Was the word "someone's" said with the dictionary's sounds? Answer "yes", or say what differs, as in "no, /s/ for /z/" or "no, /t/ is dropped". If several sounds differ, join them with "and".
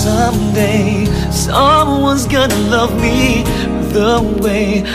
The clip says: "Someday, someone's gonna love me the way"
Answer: yes